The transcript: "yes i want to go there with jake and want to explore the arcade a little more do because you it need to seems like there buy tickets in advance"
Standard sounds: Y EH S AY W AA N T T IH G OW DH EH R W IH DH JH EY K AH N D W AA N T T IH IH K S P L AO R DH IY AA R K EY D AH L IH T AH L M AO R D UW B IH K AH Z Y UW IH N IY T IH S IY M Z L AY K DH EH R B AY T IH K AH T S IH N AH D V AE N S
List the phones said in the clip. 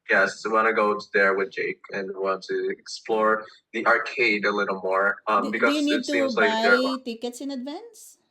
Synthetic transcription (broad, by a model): Y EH S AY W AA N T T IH G OW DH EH R W IH DH JH EY K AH N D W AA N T T IH IH K S P L AO R DH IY AA R K EY D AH L IH T L M AO R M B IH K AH Y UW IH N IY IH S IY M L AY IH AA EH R T IH K AH T S IH N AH D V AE N S